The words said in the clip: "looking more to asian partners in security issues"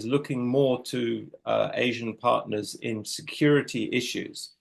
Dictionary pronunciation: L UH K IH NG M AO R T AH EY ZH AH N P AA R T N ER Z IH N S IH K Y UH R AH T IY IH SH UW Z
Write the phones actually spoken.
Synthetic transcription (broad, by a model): L UH K IH NG M AO T AH EY ZH AH N P AA T N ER Z IH N S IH K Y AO R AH T IY IH SH UW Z